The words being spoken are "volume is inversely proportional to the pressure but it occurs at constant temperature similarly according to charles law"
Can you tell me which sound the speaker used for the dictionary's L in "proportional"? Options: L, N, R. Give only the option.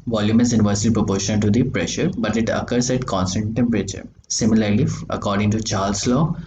N